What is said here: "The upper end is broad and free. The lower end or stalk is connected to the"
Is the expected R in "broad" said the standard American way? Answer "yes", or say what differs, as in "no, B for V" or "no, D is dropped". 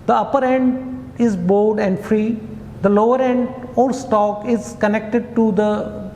no, R is dropped